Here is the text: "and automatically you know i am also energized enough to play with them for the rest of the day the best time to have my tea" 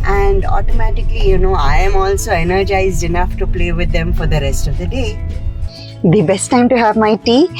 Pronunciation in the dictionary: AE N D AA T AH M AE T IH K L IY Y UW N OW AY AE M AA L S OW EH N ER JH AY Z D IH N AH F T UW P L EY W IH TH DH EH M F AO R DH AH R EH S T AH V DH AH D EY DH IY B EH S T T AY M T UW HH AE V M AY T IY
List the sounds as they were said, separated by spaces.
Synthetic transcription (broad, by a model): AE N D AA T AH M AE T IH K L IY Y UW N OW AY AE M AA L S OW EH N ER JH AY Z D IH N AH F T UW P L EY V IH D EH M F AO R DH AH R EH S T AH V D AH D EY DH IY B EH S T T AY M T UW HH AE V M AY T IY